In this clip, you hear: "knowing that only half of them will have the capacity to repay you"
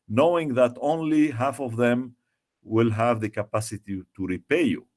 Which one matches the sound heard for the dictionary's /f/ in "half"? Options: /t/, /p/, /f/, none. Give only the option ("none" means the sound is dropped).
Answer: /f/